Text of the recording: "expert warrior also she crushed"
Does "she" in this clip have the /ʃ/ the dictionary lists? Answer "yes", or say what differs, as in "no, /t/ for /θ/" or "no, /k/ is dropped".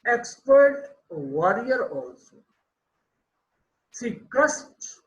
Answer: no, /s/ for /ʃ/